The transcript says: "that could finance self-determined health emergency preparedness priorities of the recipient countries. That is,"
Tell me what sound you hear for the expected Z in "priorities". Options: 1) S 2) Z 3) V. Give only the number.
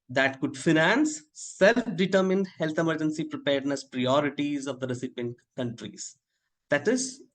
2